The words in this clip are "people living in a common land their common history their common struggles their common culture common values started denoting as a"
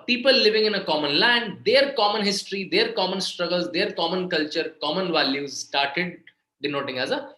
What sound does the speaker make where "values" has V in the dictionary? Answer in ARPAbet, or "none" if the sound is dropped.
V